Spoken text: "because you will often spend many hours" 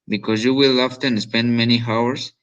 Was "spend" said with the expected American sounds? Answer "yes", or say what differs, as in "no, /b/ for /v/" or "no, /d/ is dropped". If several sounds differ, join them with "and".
yes